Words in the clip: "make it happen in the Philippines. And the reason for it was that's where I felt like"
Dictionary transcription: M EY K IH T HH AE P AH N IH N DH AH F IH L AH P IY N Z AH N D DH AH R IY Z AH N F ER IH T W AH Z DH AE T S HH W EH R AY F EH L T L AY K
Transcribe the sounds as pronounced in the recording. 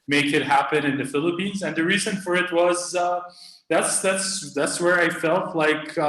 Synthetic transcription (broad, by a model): M EY K IH T HH AE P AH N IH N DH AH F IH L AH P IY N Z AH N DH AH R IY Z AH N F ER IH T W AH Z DH AE T S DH W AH R AY F EH L T L AY K